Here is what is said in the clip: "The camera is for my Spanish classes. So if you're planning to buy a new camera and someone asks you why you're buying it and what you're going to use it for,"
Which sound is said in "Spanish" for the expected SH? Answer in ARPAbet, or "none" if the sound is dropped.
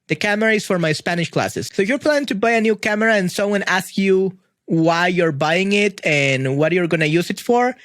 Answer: SH